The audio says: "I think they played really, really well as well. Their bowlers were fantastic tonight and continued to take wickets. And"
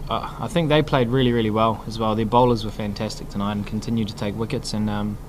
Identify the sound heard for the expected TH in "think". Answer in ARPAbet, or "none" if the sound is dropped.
TH